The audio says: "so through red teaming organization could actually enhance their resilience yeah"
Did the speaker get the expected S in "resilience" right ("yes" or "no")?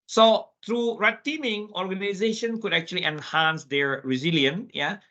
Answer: no